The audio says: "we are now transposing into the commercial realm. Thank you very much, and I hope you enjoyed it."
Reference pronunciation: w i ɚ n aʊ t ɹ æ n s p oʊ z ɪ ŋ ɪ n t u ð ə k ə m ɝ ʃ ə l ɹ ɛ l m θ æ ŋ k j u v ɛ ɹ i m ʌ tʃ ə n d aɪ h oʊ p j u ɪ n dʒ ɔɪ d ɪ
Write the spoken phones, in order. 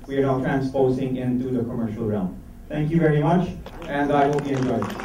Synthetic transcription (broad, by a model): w i ɚ n aʊ t ɹ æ n s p oʊ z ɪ ŋ ɪ n t u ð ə k ə m ɝ ʃ ə l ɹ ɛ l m t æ ŋ k j u v ɛ ɹ i m ʌ tʃ ə n d aɪ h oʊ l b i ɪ n dʒ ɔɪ ɪ